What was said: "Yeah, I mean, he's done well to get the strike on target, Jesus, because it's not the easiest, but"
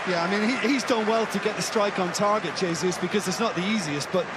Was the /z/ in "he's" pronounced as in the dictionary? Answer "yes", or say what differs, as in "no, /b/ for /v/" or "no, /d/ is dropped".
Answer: yes